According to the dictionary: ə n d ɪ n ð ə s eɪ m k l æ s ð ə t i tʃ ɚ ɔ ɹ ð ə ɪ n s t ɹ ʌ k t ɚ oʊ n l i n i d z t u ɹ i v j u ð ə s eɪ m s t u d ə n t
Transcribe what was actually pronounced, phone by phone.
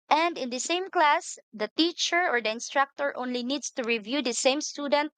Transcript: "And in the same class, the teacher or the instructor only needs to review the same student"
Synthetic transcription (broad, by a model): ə n d ɪ n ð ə s eɪ m k l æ s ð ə t i tʃ ɚ ɔ ɹ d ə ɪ n s t ɹ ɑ k t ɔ oʊ n l i n i d s t u ɹ i v j u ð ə s eɪ m s t u d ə n t